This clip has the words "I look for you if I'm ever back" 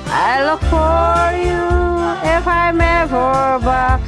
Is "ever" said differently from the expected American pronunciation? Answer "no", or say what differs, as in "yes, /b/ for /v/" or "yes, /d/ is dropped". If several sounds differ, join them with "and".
yes, /b/ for /v/